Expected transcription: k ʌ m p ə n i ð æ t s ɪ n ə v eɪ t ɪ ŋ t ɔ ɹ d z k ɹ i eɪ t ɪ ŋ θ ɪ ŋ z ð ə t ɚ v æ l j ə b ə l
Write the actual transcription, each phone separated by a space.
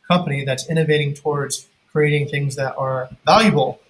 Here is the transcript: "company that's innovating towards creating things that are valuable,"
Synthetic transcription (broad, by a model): k ʌ m p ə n i ð æ t s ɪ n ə v eɪ t ɪ ŋ t ɔ ɹ d z k ɹ i eɪ t ɪ ŋ θ ɪ ŋ z ð ə t ɚ v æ l j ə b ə l